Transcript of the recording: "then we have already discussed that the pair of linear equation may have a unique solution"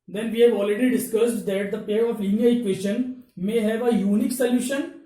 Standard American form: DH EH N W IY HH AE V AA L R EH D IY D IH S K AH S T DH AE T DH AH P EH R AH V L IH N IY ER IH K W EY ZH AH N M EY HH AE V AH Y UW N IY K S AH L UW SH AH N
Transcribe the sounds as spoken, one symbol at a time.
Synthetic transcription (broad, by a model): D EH N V IY HH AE V AA L R EH D IY D IH S K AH S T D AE T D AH P EH R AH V L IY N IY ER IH K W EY SH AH N M EY HH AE V AH Y UW N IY K S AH L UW SH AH N